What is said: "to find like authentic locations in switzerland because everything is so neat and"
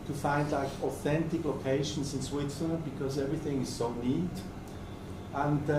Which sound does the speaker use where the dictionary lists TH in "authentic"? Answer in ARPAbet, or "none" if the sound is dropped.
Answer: TH